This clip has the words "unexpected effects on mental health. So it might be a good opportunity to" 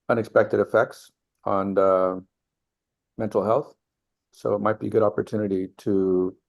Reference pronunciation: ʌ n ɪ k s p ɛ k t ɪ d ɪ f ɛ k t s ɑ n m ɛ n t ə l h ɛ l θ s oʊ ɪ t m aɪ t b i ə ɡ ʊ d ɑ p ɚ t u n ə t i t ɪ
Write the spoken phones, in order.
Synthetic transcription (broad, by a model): ʌ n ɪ k s p ɛ k t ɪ d ɪ f ɛ k t s n m ɛ n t l h ɛ l θ s oʊ ɪ t m aɪ t b i ə ɡ ʊ d ɑ p ɚ t u n ə t i t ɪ